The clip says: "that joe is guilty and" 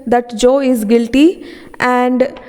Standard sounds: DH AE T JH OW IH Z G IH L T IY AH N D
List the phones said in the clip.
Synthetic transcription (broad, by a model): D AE T JH OW IH Z G IH L T IY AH N D